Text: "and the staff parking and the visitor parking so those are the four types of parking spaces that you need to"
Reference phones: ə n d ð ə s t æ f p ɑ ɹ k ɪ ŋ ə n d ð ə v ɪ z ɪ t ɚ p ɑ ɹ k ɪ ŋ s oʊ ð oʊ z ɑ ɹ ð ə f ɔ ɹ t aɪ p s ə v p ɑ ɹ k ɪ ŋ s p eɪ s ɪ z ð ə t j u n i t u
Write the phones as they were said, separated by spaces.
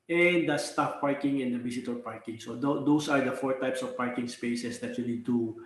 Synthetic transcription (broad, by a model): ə n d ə s t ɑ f p ɑ ɹ k ɪ ŋ ə n d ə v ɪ s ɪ t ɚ p ɑ ɹ k ɪ ŋ s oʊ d oʊ s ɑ ɹ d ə f ɔ ɹ t aɪ p s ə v p ɑ ɹ k ɪ ŋ s p eɪ s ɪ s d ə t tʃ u l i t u